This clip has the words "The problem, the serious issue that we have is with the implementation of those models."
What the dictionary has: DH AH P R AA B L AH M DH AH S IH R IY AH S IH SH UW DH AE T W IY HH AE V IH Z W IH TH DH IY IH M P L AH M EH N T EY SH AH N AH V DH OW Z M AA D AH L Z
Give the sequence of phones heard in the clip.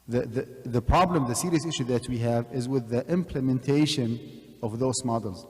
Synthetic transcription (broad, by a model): DH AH P R AA B L AH M DH AH S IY R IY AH S IH SH UW DH AE T W IY HH AE V IH Z W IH DH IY IH M P L AH M EH N T EY SH AH N AH V DH OW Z M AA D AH L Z